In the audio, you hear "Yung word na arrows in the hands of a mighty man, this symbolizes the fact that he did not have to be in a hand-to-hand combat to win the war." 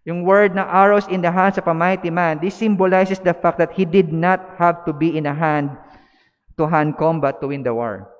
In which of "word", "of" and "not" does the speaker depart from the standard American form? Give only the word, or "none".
of